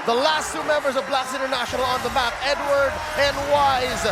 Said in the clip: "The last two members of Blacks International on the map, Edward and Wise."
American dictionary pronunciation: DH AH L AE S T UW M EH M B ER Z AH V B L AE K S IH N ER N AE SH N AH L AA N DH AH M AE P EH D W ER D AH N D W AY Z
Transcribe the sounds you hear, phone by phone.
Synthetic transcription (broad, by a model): DH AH L AE S T UW M EH M B ER Z AH V B L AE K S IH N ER N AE SH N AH L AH N DH AH M AE P EH D W ER D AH N W AY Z